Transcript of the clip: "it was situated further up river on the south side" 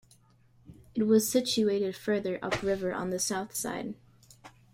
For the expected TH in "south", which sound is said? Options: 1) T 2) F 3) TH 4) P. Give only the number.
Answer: 3